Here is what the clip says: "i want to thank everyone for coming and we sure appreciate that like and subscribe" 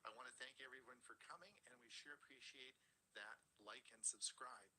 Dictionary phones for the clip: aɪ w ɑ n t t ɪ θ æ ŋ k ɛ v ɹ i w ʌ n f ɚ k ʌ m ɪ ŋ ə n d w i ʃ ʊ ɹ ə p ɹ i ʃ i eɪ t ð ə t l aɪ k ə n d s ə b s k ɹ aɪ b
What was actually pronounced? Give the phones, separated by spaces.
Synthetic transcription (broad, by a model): aɪ w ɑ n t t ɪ θ æ ŋ k ɛ v ɹ i w ʌ n f ɚ k ʌ m ɪ ŋ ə n w i ʃ ʊ ɹ ə p ɹ i ʃ i eɪ t ð ə t l aɪ k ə n s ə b s k ɹ aɪ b